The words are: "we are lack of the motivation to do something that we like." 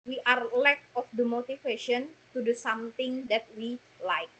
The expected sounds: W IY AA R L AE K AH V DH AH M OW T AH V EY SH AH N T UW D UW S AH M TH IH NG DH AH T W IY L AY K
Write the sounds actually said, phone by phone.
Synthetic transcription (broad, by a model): W IY AA R L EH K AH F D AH M OW T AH F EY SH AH N T UW D UW S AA M T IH NG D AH T W IY L AY K